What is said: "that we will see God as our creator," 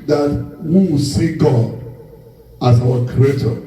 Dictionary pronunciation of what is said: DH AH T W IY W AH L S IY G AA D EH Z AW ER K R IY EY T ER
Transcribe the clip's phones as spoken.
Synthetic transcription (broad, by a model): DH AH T W IY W S IY G AA D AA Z AW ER K R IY EY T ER